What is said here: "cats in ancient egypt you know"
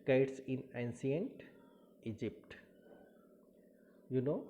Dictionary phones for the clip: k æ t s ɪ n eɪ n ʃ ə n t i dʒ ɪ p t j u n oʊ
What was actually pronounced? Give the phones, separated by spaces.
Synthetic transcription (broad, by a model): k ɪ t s ɪ n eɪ n s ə n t i dʒ ɪ p t j u n oʊ